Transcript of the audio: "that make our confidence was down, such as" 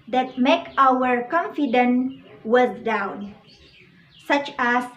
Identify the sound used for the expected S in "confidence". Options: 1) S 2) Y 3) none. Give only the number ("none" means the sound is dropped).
3